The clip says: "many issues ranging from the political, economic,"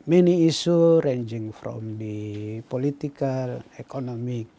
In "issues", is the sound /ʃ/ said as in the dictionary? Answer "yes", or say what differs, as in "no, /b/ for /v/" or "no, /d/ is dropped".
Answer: no, /s/ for /ʃ/